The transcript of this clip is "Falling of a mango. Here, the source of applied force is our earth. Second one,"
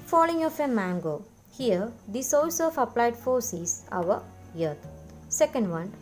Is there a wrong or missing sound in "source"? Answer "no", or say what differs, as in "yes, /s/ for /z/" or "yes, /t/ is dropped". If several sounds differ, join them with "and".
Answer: yes, /l/ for /ɹ/